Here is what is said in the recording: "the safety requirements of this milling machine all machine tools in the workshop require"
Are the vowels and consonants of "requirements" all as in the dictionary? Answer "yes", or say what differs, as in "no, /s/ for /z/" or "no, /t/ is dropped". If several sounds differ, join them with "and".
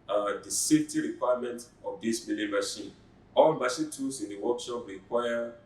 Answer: no, /s/ is dropped